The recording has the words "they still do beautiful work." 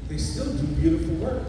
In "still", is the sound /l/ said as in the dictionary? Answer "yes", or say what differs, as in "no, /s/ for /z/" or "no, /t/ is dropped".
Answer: yes